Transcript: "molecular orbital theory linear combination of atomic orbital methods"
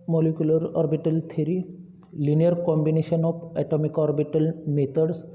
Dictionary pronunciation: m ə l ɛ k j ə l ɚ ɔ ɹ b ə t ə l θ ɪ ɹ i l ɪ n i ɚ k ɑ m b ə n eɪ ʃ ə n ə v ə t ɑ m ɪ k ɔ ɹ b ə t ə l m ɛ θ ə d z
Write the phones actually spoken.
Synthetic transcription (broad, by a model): m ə l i k j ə l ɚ ɔ ɹ b ə t ə l t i ɹ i l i n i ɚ k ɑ m b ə n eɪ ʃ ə n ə p ə t ɑ m ɪ k ɔ ɹ b ə t ə l m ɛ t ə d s